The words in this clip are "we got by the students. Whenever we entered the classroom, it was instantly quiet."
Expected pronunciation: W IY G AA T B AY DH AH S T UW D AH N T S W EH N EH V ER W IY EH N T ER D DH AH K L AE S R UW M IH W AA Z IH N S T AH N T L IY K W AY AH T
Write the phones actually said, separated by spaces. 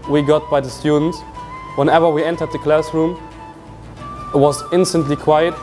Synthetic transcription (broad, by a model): W IY G AA T B AY DH AH S T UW D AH N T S W EH N EH V ER W IY EH N T ER D DH AH K L AE S R UW M IH W AA Z IH N S T AH N T L IY K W AY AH T